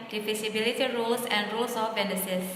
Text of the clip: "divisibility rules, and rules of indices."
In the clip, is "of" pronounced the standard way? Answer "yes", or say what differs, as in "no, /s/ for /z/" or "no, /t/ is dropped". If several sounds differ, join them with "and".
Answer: no, /b/ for /v/